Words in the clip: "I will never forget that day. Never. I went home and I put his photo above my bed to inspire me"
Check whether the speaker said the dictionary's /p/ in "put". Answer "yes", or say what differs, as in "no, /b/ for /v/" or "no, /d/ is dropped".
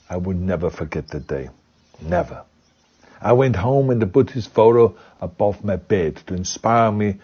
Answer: no, /b/ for /p/